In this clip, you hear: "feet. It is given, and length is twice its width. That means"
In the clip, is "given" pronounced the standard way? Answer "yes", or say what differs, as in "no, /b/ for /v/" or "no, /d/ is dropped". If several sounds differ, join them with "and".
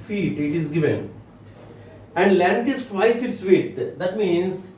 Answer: yes